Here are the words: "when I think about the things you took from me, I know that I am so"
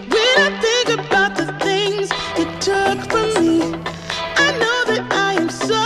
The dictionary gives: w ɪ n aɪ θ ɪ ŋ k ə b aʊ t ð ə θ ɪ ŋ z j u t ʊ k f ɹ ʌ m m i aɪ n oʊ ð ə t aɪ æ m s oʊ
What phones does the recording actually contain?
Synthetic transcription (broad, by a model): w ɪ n aɪ θ ɪ ŋ k ə b aʊ t ð ə θ ɪ ŋ z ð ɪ t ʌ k f ɹ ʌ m m i aɪ n oʊ ð ə t aɪ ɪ m s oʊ